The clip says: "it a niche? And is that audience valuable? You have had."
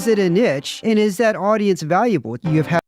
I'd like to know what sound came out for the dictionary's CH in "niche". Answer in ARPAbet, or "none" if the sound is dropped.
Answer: CH